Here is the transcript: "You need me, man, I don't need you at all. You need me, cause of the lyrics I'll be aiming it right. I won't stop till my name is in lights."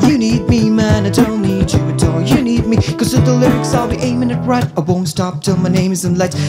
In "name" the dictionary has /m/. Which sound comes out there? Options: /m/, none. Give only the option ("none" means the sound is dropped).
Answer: /m/